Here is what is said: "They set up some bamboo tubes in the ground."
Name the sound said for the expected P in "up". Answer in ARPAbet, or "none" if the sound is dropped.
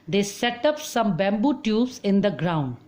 P